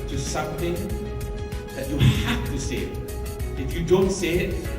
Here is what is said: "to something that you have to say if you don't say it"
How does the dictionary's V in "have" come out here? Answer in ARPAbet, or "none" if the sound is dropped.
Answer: F